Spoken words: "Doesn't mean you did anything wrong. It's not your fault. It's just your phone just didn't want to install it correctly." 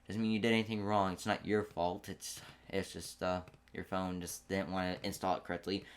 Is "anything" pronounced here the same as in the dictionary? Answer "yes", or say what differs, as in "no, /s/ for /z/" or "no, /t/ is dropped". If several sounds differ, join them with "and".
yes